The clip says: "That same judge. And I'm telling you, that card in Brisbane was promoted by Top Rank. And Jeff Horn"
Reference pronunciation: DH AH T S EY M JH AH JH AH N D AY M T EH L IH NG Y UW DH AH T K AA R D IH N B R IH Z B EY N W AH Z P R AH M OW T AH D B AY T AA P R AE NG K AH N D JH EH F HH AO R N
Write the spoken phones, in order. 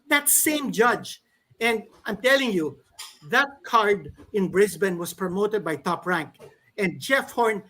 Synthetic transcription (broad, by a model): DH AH T S EY M JH AH JH AH N D AY M T EH L IH NG Y UW DH AH T K AA R D IH N B R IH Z B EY N W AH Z P R AH M OW T AH D B AY T AA P R AE NG K AH N D JH EH F HH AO R N